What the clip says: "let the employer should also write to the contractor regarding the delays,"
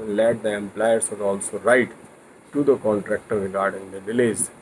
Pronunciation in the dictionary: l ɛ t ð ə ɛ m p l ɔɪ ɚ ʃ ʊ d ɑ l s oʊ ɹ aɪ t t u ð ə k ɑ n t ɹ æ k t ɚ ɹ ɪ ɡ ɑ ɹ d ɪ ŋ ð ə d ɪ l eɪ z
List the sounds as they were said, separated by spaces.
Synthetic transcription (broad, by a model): l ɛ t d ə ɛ m p l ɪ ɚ s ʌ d ɑ l s oʊ ɹ aɪ t t u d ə k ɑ n t ɹ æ k t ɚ ɹ ɪ ɡ ɑ ɹ d ɪ ŋ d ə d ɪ l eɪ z